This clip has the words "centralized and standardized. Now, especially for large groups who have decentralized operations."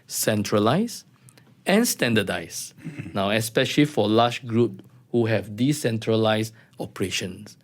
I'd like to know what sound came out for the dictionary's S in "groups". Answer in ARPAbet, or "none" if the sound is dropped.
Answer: none